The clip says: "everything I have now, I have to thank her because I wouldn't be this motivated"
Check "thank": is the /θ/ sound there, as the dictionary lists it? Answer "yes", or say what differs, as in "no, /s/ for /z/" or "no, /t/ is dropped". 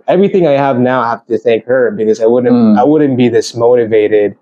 yes